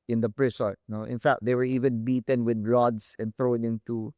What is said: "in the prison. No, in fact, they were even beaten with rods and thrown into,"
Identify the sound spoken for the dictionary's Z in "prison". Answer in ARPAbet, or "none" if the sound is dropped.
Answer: S